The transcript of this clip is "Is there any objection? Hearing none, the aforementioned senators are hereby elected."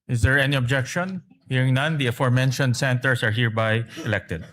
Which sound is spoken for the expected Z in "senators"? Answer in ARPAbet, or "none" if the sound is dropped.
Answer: S